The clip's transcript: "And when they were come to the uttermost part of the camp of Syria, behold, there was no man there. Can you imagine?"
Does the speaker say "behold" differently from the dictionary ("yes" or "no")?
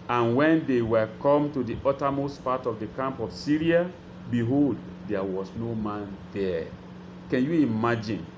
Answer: no